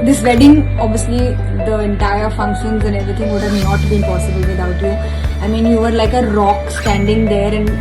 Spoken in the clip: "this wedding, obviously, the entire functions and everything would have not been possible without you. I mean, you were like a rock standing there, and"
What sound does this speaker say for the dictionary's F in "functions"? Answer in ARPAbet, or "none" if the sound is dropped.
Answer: F